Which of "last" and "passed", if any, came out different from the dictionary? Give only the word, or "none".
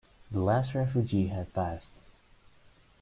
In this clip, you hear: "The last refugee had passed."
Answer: none